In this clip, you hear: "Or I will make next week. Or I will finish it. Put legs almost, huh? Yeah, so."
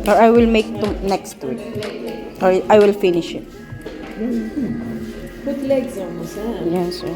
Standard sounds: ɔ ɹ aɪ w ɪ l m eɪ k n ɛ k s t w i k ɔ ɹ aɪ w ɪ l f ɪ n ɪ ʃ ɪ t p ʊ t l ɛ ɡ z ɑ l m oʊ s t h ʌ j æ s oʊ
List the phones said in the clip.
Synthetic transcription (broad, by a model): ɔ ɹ aɪ w ɪ l m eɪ k n ɛ k s t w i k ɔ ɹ aɪ w ɪ l f ɪ n ɪ ʃ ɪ t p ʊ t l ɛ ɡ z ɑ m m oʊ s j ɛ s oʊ